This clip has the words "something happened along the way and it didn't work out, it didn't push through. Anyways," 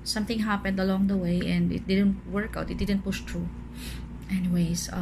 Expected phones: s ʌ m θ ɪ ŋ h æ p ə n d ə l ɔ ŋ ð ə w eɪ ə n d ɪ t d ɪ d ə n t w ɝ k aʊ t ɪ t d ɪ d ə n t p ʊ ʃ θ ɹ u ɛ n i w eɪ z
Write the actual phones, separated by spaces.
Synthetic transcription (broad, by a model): s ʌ m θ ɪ ŋ h æ p ə n d ə l ɔ ŋ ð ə w eɪ ə n d ɪ t d ɪ d ə n t w ɝ k aʊ t ɪ t d ɪ d ə n t p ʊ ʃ t ɹ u ɛ n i w eɪ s